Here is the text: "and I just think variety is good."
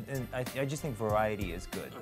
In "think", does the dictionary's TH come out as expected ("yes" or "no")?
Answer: yes